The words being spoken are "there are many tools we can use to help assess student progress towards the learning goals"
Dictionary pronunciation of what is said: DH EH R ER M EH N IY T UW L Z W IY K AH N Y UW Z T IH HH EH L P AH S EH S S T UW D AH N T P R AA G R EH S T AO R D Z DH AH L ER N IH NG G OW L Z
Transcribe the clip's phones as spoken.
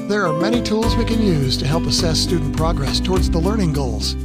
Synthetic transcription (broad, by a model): DH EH R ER M EH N IY T UW L Z W IY K AH N Y UW Z T IH HH EH L P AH S EH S S T UW D N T P R AA G R EH S T AO R D Z DH AH L ER N IH NG G OW L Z